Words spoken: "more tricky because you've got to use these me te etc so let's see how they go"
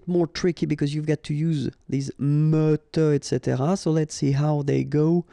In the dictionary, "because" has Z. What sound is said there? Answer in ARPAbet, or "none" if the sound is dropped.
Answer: Z